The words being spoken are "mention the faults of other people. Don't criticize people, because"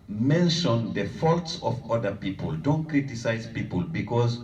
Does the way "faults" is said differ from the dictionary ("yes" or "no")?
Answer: no